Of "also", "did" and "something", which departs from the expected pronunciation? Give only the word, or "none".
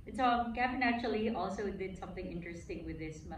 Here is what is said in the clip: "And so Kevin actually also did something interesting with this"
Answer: none